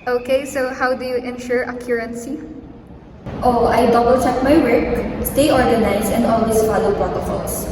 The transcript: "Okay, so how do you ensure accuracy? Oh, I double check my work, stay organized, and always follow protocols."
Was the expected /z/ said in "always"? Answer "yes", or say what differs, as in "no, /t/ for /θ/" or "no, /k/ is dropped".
no, /s/ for /z/